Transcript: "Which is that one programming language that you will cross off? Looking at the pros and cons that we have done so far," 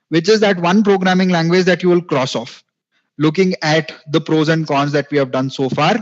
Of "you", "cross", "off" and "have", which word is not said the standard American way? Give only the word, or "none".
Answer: none